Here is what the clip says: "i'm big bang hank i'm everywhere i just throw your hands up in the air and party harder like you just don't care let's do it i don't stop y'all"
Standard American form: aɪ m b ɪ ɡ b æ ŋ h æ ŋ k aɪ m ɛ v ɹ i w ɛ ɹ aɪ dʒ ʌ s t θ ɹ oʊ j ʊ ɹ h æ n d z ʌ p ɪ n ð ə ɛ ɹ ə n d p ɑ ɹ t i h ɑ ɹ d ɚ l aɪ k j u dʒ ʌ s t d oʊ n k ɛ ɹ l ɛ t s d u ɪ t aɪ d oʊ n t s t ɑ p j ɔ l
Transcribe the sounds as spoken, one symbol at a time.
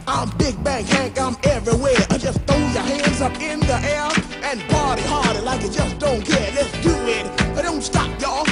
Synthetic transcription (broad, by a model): aɪ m b ɪ ɡ b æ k h æ ŋ k aɪ m ɛ v ɹ i w ɛ ɹ aɪ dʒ ʌ s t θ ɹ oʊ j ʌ ɹ h æ n d z ʌ p ɪ n ð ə ɛ ɹ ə n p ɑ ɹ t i h ɑ ɹ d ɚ l aɪ k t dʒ ʌ s d oʊ n k ɛ ɹ l ɛ t s d u ɪ t aɪ d oʊ n t s t ɑ p j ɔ